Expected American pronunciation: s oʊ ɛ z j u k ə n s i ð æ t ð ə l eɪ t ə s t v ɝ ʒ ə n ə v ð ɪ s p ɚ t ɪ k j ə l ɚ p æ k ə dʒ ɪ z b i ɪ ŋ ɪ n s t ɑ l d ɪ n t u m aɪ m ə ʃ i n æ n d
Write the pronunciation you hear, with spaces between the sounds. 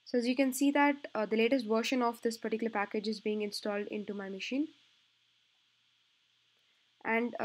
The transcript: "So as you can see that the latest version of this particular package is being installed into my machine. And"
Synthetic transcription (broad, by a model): s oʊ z j u k ə n s i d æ t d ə l eɪ t ə s t v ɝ ʃ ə n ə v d ɪ s p ɚ t ɪ k j ə l ɚ p æ k ə dʒ ɪ z b i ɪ ŋ ɪ n s t ɑ l d ɪ n t u m aɪ m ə ʃ i n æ n d